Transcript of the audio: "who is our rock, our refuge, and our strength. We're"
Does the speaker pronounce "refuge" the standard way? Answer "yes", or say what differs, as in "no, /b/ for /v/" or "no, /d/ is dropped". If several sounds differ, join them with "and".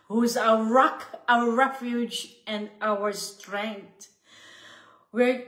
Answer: yes